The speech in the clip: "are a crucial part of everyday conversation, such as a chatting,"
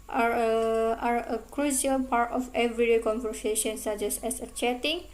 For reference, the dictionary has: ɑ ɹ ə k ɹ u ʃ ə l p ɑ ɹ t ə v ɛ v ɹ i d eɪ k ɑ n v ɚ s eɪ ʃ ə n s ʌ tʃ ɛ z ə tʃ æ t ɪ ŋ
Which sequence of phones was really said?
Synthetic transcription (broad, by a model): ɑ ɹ ə k ɹ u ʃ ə l p ɑ ɹ t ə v ɛ v ɹ i d eɪ k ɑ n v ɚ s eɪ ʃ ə n s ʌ s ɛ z ə tʃ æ t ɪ ŋ